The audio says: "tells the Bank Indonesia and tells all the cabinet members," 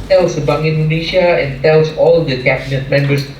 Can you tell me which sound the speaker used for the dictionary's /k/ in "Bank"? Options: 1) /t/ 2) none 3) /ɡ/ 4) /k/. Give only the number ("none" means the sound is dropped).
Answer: 2